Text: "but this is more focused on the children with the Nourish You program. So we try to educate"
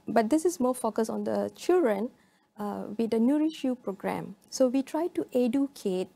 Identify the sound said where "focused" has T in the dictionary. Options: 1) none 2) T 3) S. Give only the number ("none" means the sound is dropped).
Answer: 1